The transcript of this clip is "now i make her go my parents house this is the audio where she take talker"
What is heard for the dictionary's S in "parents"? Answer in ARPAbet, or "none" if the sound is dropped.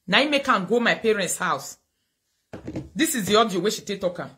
S